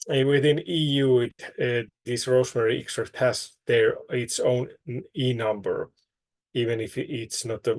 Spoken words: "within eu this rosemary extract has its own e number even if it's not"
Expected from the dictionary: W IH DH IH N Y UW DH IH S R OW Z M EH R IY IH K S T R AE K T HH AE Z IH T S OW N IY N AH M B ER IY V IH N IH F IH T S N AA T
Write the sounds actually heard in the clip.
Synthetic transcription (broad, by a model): W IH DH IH N Y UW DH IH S R OW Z M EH R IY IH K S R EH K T HH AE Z IH T S OW N IY N AH M B ER IY V IH N IH F IH T S N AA T